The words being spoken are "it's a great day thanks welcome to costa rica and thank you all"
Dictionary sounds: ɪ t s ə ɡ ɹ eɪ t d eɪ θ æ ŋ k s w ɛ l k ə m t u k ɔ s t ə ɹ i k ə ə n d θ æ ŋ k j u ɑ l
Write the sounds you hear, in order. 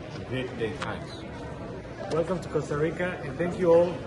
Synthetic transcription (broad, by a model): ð ə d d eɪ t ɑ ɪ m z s w ɛ l k ə m t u k ɔ s t ə ɹ i k ə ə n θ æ ŋ k j u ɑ l